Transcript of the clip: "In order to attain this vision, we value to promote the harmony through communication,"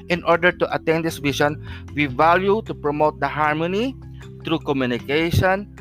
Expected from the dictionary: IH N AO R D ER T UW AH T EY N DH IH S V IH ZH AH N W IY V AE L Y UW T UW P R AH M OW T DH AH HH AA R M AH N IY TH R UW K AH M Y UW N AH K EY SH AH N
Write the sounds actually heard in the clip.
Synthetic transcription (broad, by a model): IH N AO R D ER T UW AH T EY N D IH S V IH SH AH N W IY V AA L Y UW T UW P R AH M OW T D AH HH AA R M AH N IY T R UW K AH M Y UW N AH K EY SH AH N